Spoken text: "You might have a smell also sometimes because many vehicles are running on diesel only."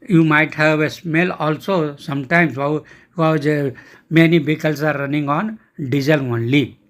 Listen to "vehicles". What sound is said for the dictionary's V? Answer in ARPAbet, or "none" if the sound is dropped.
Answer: B